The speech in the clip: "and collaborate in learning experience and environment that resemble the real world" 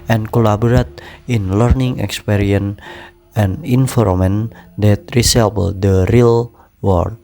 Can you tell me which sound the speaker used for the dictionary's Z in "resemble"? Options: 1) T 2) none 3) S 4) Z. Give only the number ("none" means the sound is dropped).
3